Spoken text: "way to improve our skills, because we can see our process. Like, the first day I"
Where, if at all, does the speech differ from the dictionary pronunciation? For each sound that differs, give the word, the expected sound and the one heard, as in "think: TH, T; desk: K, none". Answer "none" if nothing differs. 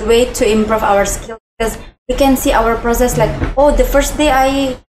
skills: Z, none